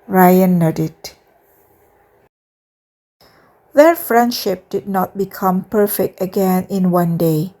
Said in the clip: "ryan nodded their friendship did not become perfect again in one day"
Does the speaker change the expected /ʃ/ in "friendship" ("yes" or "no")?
no